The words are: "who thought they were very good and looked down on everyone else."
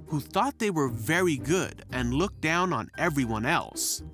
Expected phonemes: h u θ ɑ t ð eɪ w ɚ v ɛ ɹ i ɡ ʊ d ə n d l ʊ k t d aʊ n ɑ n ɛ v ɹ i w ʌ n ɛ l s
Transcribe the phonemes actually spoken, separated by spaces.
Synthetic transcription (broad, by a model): h u θ ɑ t ð eɪ w ɚ v ɛ ɹ i ɡ ʊ d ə n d l ʊ k d aʊ n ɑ n ɛ v ɹ i w ʌ n ɛ l s